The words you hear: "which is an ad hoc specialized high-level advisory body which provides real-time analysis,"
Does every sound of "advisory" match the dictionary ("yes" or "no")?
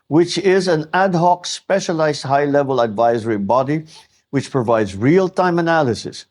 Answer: yes